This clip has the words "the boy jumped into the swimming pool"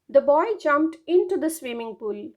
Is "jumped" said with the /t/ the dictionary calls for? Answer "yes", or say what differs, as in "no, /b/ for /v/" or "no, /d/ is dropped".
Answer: yes